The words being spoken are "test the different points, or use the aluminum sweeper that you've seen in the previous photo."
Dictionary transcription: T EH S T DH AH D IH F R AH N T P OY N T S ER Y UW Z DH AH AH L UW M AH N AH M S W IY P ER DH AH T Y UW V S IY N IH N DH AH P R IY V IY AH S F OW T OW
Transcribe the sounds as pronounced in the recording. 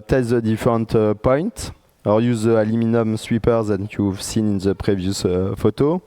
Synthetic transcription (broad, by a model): T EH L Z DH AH D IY F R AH N T P OY N T AO Y UW Z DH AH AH L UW M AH N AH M S W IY P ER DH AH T Y UW V S IY N IH N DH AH P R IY V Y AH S F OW T OW